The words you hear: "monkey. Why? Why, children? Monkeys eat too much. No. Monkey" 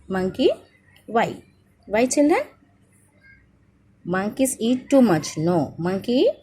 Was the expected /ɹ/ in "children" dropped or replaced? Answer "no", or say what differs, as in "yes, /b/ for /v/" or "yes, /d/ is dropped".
yes, /ɹ/ is dropped